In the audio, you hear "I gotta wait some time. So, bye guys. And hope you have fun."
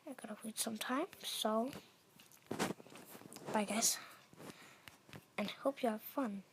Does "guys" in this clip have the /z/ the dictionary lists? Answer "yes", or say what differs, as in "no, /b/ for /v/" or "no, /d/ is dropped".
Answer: no, /s/ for /z/